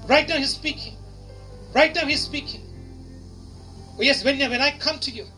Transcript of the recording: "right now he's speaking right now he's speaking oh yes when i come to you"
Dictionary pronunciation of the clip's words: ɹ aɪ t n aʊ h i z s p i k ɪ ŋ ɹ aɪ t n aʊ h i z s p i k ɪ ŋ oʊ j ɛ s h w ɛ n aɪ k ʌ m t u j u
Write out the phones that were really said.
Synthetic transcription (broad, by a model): ɹ aɪ t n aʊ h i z s p i k ɪ ŋ ɹ aɪ t n aʊ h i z s p i k ɪ ŋ oʊ j ɛ s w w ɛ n aɪ k ʌ m t u j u